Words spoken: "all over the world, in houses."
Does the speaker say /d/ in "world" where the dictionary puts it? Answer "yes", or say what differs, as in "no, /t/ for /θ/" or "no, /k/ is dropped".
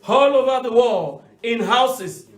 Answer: no, /d/ is dropped